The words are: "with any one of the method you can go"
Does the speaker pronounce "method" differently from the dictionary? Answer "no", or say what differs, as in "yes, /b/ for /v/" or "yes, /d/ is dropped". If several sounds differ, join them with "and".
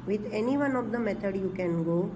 yes, /t/ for /θ/